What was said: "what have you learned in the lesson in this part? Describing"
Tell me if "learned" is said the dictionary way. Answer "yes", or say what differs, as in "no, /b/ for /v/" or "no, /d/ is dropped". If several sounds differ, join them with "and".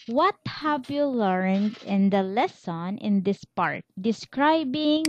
yes